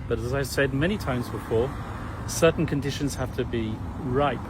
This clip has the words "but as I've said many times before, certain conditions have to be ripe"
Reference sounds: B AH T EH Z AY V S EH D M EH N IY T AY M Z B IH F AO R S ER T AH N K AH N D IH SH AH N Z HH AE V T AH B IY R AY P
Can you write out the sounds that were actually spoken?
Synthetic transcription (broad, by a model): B AH T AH Z AY V S EH D M EH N IY T AY M Z B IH F AO S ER T N K AH N D IH SH AH N Z HH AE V T AH B IY R AY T